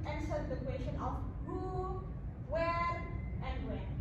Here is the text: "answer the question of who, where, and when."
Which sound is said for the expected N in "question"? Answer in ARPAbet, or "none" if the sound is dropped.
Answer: N